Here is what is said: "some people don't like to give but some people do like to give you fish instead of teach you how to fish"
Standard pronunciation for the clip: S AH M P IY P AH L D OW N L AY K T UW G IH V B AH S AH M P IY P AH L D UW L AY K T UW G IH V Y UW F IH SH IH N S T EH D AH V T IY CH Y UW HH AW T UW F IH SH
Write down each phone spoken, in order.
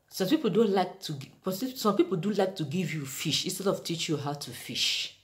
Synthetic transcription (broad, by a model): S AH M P IY P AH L D OW N L AY K T UW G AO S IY S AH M P IY P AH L D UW L AY K T UW G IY V Y UW F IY SH IH N S T EH D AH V T IY CH Y UW HH AW T UW F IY SH